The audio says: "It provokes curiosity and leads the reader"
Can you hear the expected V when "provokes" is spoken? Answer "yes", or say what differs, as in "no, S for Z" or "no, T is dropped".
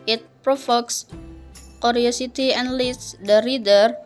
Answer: no, F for V